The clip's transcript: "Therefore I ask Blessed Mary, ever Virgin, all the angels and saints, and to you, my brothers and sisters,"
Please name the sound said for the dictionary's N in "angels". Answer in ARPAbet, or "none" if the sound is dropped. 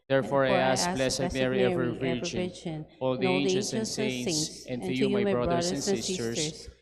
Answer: none